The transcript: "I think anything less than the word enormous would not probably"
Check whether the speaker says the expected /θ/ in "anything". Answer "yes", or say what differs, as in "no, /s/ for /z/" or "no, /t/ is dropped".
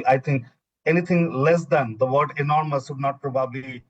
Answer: no, /t/ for /θ/